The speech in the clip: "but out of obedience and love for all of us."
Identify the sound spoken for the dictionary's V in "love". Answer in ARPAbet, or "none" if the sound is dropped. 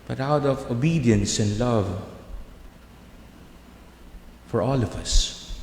V